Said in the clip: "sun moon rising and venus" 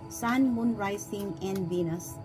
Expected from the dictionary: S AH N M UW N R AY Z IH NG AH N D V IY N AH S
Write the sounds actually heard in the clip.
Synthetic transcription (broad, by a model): S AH N M UW N R AY S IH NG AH N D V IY N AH S